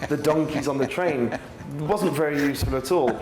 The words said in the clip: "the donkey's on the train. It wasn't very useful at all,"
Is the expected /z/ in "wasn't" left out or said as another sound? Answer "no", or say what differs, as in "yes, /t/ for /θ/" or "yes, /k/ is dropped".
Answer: no